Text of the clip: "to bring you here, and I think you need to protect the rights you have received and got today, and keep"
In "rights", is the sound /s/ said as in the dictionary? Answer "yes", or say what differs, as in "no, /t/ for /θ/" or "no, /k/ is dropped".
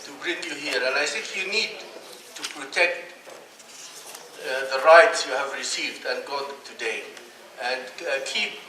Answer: yes